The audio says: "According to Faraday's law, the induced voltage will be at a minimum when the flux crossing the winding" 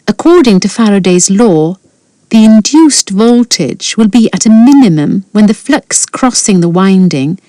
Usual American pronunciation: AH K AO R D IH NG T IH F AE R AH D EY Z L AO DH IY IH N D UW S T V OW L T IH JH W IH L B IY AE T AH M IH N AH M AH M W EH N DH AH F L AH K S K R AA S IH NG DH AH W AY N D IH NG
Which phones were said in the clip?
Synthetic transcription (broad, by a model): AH K AO R D IH NG T IH F AE R AH D EY Z L AO DH IY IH N D UW S T V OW L T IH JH W IH L B IY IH T AH M IH N AH M AH M W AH N DH AH F L AH K S K R AA S IH NG DH AH W AY N D IH NG